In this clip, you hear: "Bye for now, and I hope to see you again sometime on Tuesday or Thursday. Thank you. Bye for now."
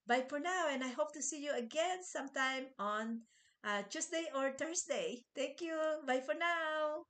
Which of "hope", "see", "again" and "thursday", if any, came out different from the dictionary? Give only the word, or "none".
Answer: thursday